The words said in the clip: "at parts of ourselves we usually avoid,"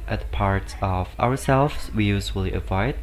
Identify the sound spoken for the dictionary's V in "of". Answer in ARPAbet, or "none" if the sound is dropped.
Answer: W